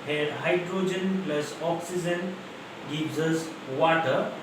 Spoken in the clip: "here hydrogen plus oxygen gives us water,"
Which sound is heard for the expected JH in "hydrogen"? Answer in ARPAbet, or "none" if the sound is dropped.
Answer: JH